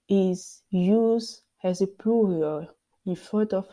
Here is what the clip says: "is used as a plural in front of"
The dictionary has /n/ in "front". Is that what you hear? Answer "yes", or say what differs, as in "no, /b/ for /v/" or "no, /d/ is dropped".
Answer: no, /n/ is dropped